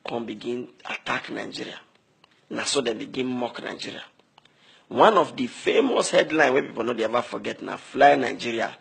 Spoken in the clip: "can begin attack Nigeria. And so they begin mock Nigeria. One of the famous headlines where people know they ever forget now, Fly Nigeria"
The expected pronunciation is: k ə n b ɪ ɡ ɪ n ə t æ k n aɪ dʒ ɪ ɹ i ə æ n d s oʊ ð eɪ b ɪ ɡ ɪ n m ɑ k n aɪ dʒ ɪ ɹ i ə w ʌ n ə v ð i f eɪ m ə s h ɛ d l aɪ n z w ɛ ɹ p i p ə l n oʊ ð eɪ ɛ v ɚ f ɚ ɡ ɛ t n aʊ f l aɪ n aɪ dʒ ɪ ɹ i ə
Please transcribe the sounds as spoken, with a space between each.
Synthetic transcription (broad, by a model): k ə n b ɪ ɡ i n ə t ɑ k n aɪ dʒ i ɹ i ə n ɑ s oʊ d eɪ b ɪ ɡ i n m ɑ k n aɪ dʒ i ɹ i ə w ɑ n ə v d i f eɪ m ə s h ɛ d l aɪ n w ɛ p i p ə l n oʊ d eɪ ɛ v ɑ f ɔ ɡ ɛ t n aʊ f l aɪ n aɪ dʒ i ɹ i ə